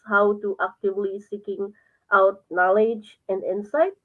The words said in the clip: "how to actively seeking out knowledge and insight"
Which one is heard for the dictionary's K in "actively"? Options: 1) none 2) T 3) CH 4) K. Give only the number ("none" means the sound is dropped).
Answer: 4